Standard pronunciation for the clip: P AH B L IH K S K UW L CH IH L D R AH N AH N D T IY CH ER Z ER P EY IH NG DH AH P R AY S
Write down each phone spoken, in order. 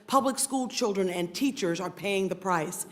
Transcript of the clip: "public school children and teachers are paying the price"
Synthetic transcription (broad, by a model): P AH B L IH K S K UW L CH IH L D R AH N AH N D T IY CH ER Z ER P EY IH NG DH AH P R AY S